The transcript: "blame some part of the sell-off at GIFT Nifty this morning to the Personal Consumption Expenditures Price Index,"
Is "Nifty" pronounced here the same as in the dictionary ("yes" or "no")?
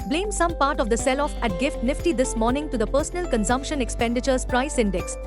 yes